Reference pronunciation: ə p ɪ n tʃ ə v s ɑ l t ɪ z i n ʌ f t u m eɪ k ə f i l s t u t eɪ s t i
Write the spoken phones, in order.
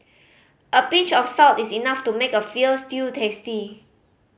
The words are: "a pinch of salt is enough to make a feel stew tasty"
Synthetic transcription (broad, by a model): ə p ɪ tʃ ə f s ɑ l t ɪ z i n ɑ f t u m eɪ k ə f i l s t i t eɪ s t i